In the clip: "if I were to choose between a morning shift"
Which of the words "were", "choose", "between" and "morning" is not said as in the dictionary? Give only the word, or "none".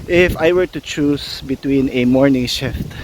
choose